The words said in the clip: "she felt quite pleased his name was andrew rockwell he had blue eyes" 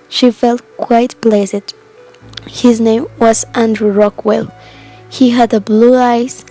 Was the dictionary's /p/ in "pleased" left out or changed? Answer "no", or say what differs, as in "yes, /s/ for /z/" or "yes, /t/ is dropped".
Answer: yes, /b/ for /p/